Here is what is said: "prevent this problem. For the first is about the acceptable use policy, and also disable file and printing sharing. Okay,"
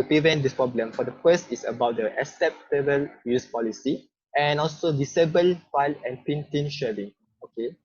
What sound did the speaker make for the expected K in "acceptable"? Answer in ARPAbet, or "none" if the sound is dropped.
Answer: none